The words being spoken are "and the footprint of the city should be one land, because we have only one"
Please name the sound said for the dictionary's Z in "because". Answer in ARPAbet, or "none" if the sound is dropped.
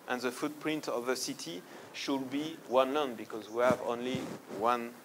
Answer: Z